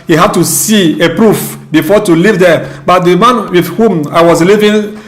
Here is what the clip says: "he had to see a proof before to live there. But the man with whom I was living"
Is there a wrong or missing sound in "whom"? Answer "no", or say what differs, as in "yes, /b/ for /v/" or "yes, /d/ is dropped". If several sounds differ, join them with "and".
no